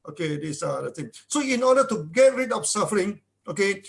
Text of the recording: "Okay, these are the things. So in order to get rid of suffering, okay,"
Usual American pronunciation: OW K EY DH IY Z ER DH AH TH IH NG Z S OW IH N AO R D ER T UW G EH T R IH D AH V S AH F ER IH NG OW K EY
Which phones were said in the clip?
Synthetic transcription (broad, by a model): OW K EY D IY S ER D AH T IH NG S OW IH N AO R D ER T UW G EH T R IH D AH F S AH F ER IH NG OW K EY